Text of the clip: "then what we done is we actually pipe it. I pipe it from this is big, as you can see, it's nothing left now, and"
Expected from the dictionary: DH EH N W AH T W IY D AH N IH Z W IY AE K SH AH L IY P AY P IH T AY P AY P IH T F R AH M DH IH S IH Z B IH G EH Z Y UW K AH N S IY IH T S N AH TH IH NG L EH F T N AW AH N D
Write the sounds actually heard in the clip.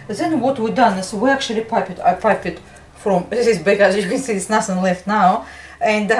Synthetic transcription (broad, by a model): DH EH N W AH T W IY D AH N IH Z W IY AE K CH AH L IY P AY P IH T AY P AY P IH T F R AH M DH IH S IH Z B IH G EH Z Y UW K AH N S IY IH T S N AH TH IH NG L EH F T N AW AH N D